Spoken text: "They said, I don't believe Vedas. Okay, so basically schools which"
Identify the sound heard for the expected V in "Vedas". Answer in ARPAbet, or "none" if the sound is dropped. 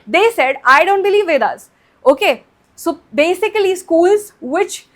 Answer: V